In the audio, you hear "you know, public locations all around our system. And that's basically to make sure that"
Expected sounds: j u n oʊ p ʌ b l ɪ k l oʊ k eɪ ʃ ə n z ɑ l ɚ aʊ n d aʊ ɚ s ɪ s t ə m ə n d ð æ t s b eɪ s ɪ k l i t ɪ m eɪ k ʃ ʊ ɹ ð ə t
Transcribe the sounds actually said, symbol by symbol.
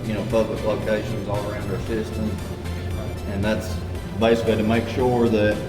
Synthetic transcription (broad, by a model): j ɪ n oʊ p ʌ b l ɪ k l oʊ k eɪ ʃ ə n z ɑ l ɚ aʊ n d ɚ s ɪ s t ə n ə n ð æ t s b eɪ s ɪ k l i t ɪ m eɪ k ʃ ʊ ɹ ð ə t